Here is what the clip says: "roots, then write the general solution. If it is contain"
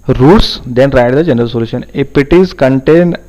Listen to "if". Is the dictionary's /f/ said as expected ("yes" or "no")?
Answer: no